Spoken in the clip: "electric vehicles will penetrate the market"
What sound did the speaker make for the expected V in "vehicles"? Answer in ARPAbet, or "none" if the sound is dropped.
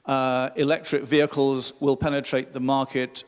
V